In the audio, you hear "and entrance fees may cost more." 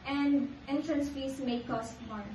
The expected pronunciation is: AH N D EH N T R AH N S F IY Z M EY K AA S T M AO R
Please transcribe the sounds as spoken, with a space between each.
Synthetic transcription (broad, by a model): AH N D EH N T R AH N S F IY S M EY K AA S T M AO